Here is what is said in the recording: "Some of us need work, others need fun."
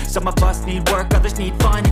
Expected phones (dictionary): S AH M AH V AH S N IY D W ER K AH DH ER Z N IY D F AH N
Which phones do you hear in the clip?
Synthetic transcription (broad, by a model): S AH M AH V AH S N IY D W ER K AH DH ER Z N IY D F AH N